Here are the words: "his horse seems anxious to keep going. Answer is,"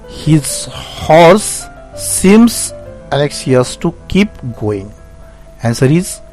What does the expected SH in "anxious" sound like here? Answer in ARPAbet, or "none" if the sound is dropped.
S